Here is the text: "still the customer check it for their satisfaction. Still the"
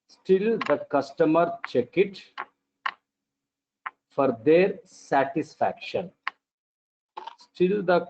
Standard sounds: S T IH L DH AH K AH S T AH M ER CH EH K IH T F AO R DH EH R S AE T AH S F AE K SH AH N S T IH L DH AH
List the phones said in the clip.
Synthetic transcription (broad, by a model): S T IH L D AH K AH S T AH M ER CH EH K IH T F AO R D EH R S AE T AH S F AE K SH AH N S T IH L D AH